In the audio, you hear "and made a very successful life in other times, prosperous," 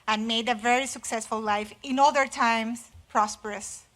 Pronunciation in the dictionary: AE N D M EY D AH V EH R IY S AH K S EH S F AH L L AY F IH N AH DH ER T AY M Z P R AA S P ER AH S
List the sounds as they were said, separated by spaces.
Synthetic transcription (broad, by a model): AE N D M EY D AH V EH R IY S AH K S EH S F AH L L AY F IH N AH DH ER T AY M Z P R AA S P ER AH S